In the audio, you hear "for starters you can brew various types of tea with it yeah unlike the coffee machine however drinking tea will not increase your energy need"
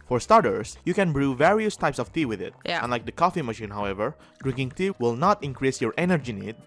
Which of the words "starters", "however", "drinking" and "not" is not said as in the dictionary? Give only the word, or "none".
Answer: starters